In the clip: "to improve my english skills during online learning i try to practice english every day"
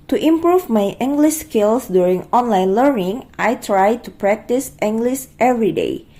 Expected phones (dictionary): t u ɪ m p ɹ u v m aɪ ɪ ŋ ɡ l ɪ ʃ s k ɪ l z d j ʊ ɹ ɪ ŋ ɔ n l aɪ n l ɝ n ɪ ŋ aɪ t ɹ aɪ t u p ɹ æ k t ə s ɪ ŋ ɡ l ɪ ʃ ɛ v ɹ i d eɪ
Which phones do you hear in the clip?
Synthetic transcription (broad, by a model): t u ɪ m p ɹ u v m aɪ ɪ ŋ ɡ l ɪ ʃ s k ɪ l s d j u ɹ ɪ ŋ ɔ n l aɪ n l ɝ n ɪ ŋ aɪ t ɹ aɪ t u p ɹ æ k t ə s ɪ ŋ ɡ l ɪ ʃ ɛ v ɹ i d eɪ